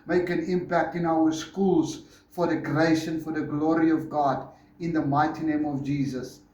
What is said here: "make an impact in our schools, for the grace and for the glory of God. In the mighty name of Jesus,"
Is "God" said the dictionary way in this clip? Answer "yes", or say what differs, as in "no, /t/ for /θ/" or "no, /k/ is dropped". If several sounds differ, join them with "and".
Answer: yes